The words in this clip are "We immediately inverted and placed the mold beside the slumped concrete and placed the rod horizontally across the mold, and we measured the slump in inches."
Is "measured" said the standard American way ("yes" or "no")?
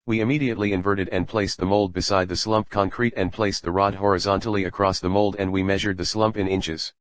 yes